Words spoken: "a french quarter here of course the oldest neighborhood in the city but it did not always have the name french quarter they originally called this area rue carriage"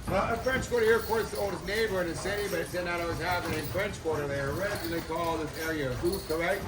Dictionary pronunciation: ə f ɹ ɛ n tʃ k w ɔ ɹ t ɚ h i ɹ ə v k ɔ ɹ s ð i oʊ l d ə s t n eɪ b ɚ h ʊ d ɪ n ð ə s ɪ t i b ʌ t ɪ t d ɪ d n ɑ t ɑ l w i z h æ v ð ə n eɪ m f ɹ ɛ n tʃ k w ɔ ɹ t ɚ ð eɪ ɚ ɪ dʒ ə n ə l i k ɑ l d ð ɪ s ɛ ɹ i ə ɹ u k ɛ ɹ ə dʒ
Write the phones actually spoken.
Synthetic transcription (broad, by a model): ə f ɹ ɛ n tʃ k w ɔ ɹ t ɚ h i ɹ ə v k ɔ ɹ s ð i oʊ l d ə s n eɪ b ɚ ɪ n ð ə s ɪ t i b ʌ t ɪ t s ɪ d n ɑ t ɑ w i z h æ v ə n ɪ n f ɹ ɛ n tʃ k w ɔ ɹ t ɚ ð eɪ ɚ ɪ ə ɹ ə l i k ɑ l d ð ɪ s ɛ ɹ i ə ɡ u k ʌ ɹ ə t